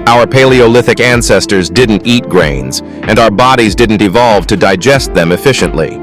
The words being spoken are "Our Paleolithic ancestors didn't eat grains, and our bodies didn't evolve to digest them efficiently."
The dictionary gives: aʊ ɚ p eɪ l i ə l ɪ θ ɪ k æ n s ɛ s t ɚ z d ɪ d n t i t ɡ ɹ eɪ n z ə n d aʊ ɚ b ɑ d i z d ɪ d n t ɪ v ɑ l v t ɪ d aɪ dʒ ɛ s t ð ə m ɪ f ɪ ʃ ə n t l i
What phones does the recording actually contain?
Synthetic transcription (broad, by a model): aʊ ɚ p eɪ l i ə l ɪ θ ɪ k æ n s ɛ s t ɚ z d ɪ d n t i t ɡ ɹ eɪ n z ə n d aʊ ɚ b ɑ d i z d ɪ d n t ɪ v ɑ l v t ɪ d aɪ dʒ ɛ s t ð ə m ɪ f ɪ ʃ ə n t l i